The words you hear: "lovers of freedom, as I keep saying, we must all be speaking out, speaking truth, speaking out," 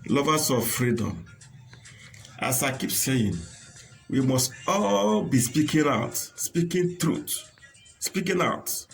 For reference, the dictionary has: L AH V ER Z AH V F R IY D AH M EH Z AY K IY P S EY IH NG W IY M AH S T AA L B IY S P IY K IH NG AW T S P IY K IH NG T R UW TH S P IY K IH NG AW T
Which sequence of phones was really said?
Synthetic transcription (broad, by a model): L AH V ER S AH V F R IY D AH M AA S AY K IY P S EY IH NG W IY M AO S T AA L B IY S P IY K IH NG AW T S P IY K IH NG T R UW T S P IY K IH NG AW T